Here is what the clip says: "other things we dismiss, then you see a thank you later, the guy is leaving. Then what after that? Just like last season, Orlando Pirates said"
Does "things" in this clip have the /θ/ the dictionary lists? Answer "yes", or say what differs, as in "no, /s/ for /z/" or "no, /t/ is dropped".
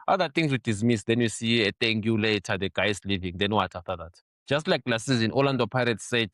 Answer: no, /t/ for /θ/